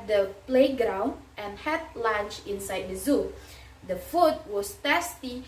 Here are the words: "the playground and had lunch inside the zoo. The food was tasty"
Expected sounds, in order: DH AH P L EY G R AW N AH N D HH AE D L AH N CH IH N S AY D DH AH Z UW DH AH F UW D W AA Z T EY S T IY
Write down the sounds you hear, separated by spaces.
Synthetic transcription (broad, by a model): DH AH P L EY G R AW N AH N HH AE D L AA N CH IH N S AY D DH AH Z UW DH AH F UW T W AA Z T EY S T IY